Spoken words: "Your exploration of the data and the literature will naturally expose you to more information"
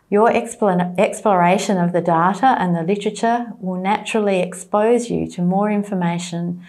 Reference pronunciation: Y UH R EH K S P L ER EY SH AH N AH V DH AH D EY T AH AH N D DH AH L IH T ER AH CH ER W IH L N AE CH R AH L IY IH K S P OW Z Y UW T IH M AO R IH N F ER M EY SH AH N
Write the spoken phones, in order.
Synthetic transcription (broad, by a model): Y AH R EH K S P L ER EY SH AH N AH V DH AH D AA T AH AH N DH AH L IH T ER AH CH ER W IH L N AE CH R L IY IH K S P OW Z Y UW T IH M AO R IH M F ER M EY SH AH N